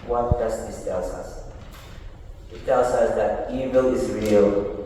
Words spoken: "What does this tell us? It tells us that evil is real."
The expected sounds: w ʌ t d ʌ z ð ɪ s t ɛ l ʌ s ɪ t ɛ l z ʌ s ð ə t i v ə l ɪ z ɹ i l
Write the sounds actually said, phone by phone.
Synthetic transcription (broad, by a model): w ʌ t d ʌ s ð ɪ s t ɛ l ʌ s ɪ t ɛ l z ʌ s ð ə t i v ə l ɪ z ɹ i l